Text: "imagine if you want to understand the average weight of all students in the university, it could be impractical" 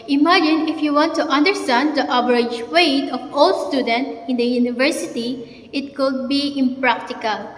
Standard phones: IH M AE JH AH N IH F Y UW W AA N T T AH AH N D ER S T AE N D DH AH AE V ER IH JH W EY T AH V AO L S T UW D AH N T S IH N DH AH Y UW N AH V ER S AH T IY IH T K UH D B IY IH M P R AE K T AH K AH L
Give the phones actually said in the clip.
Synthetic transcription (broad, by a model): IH M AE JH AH N IH F Y UW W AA N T T AH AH N D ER S T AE N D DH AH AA B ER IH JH W EY T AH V AO L S T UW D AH N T IH N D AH Y UW N AH V ER S AH T IY IH T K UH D B IY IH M P R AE K T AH K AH L